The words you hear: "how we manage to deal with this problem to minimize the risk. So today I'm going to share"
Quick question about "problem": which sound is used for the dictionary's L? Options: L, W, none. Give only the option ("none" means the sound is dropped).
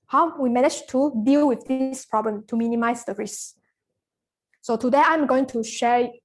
L